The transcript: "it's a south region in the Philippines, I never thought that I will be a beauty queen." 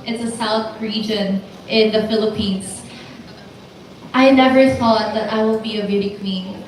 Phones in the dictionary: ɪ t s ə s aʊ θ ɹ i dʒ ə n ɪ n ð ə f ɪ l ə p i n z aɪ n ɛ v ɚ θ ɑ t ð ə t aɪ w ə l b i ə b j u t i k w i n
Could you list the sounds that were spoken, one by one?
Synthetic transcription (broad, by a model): ɪ t s ə s aʊ θ ɹ i dʒ ə n ɪ n ð ə f ɪ l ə p i n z aɪ n ɛ v ɚ θ ɑ t ð ə t aɪ w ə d b i ə b j u t i k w i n